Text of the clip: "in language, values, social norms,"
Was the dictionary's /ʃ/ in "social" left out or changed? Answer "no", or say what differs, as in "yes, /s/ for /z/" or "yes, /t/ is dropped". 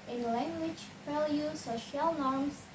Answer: no